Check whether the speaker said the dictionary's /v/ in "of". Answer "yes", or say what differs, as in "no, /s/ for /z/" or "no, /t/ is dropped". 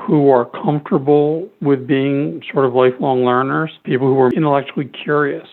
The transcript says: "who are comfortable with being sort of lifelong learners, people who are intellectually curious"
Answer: yes